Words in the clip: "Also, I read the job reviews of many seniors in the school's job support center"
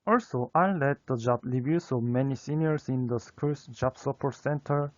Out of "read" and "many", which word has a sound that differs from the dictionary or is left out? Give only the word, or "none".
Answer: read